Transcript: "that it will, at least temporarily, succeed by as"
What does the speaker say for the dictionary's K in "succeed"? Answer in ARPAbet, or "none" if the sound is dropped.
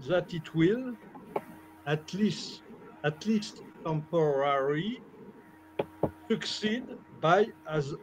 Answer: K